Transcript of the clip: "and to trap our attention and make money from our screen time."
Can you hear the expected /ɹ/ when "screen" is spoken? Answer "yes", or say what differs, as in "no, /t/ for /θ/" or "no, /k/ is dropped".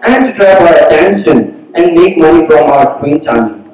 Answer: no, /w/ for /ɹ/